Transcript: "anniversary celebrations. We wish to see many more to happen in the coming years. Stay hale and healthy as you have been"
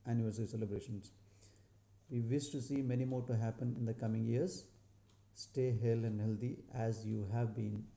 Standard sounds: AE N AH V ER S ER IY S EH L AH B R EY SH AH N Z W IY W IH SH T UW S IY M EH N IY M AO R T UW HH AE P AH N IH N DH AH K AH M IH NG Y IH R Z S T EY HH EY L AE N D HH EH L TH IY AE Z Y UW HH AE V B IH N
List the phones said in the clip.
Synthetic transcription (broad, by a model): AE N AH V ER S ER IY S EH L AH B R EY SH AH N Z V IY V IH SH T UW S IY M EH N IY M AO R T UW HH AE P AH N IH N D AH K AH M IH NG Y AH R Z S T EY HH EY L AE N D HH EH L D IY AE Z Y UW HH AE V B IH N